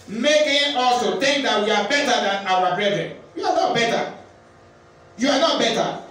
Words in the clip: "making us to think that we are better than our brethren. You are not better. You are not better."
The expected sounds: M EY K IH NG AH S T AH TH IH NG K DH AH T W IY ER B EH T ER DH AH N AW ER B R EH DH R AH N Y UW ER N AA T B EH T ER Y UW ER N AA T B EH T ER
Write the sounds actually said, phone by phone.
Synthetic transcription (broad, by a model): M EY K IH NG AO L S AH T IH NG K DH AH T W IY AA B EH T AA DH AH N AW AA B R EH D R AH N Y UW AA N AA T B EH T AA Y UW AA N AA T B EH T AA